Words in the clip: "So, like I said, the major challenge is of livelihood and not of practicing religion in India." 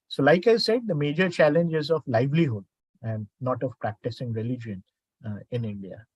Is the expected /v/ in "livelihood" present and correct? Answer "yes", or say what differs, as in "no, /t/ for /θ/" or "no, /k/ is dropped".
yes